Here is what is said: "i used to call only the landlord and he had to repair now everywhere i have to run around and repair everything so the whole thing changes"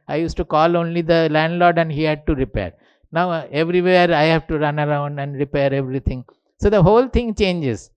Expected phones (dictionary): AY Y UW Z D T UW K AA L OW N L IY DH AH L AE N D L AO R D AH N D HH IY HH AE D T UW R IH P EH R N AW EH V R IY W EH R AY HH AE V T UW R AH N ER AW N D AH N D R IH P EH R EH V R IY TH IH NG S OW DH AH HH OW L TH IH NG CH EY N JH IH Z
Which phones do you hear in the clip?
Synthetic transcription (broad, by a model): AY Y UW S T UW K AA L OW N L IY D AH L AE N D L AO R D AH N D HH IY HH AE D T UW R IH P EH R N AW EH V R IY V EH R AY HH AE V T UW R AH N ER AW N D AH N D R IH P EH R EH V R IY T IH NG S OW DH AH HH OW L T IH NG CH EY N JH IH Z